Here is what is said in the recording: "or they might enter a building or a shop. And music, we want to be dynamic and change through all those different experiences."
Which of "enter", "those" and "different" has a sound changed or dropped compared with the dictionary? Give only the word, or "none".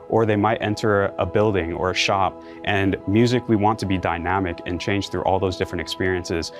none